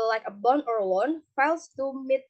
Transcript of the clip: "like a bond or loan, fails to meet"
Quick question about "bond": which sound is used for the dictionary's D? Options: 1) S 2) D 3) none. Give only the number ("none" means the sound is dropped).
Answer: 3